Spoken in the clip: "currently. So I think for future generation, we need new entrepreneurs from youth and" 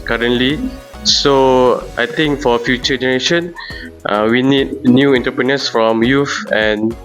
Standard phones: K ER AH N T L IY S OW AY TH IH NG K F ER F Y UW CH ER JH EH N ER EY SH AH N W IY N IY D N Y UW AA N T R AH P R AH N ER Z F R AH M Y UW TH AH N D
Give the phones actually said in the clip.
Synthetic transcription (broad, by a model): K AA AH N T L IY S OW AY T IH NG K F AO F Y UW CH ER JH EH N ER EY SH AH N W IY N IY D N Y UW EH N T AH P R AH N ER S F R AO M Y UW F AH N